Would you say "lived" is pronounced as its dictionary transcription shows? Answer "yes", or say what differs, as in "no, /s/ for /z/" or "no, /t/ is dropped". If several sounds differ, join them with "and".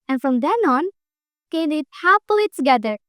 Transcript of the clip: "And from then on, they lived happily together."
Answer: no, /v/ is dropped